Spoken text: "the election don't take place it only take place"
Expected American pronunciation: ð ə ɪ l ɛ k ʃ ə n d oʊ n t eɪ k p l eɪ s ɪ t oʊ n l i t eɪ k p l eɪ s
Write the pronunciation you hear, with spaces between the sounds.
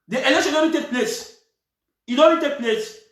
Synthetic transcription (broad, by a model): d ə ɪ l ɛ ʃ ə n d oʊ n t eɪ k p l eɪ s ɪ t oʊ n i t eɪ k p l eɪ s